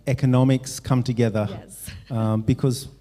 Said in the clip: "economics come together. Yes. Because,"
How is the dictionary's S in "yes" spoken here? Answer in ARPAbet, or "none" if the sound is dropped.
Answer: none